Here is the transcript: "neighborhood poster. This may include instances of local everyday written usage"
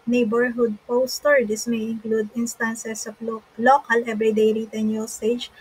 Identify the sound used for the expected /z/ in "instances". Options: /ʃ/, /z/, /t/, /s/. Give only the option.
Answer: /s/